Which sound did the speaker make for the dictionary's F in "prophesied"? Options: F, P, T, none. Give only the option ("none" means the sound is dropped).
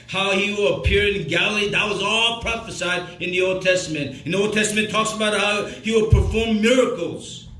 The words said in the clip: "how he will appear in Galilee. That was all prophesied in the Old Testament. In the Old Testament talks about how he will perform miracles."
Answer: F